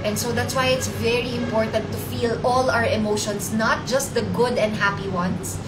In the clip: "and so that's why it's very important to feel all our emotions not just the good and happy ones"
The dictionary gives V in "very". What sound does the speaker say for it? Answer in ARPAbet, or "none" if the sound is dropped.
V